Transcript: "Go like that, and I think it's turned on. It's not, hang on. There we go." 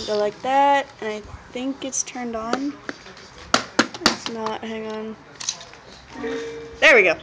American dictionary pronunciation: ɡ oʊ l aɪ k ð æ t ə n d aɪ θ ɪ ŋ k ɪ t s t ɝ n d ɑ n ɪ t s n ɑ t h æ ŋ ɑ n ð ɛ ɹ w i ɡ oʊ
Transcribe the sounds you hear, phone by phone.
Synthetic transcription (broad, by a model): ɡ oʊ l aɪ k ð æ t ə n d aɪ θ ɪ ŋ k ɪ t s t ɝ n d n ɪ t s n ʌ t h æ ŋ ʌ n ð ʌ ɹ w i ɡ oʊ